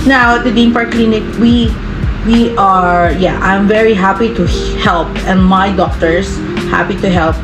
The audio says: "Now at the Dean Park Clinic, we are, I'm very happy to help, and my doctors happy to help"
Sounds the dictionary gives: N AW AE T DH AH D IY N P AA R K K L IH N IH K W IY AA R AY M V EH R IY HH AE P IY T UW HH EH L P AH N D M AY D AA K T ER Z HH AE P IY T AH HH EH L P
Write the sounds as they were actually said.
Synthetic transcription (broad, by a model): N AW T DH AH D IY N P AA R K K L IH N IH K W IY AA R AY M V EH R IY HH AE P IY T UW HH EH L P AH N D M AY D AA K T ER S HH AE P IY T AH HH EH L P